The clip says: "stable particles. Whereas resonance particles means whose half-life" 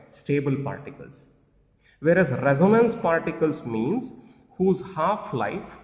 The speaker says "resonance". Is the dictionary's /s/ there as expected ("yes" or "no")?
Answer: yes